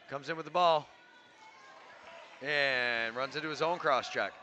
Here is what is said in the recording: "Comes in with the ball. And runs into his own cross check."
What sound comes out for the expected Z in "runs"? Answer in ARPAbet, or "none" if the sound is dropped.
Z